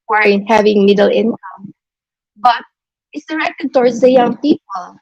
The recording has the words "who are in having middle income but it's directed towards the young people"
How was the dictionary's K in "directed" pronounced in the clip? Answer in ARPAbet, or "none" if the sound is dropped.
K